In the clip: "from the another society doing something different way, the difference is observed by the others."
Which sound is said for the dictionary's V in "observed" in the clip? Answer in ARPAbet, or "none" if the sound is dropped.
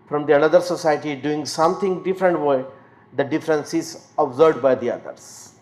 none